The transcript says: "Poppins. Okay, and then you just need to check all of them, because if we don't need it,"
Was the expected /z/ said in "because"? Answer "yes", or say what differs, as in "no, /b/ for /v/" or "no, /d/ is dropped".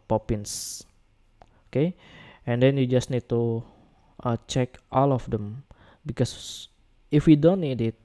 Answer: no, /s/ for /z/